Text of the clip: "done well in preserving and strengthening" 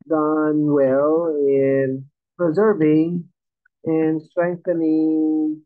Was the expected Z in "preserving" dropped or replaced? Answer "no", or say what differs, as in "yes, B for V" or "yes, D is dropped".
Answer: no